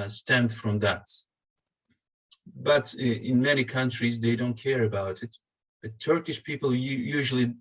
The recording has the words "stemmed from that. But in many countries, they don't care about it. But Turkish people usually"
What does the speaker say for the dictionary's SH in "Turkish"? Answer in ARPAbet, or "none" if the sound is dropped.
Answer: SH